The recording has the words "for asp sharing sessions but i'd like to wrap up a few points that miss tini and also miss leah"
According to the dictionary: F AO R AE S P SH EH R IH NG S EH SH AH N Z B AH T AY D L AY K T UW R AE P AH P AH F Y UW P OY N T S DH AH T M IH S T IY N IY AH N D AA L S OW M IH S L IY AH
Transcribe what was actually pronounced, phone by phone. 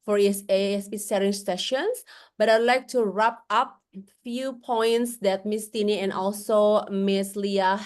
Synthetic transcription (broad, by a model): F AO R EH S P S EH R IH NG S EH SH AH N S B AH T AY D L AY K T UW R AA P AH P F Y UW P OY N T S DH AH T M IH S T IY N IY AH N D AA L S OW M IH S L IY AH